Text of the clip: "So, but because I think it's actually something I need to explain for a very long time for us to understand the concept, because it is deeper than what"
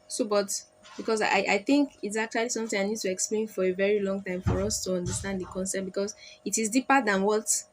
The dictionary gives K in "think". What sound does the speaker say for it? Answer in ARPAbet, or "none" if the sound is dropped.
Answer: K